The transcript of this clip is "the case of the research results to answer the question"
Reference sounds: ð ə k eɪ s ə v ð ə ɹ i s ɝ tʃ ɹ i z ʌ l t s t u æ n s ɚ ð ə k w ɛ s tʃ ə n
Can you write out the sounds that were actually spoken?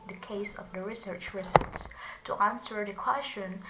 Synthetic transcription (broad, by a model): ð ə k eɪ s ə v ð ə ɹ i s ɝ tʃ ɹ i s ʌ t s t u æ n s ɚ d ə k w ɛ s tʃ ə n